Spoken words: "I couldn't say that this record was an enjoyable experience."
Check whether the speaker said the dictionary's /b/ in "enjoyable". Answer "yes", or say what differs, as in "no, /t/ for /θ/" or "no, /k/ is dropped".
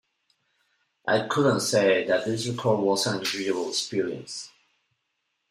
no, /b/ is dropped